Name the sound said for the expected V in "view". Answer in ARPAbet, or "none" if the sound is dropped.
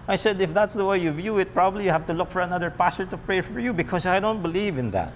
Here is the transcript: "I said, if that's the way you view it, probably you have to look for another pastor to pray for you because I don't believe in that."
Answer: V